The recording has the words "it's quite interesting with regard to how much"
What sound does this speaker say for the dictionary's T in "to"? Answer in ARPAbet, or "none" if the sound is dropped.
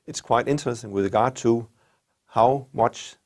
T